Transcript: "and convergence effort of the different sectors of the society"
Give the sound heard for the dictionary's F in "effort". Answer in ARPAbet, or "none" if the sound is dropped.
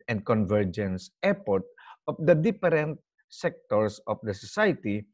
P